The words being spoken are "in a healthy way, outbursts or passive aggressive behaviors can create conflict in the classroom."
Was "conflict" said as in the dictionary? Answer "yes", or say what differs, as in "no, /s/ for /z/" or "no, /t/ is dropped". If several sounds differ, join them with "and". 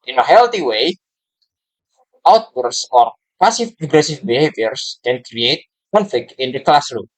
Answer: no, /t/ is dropped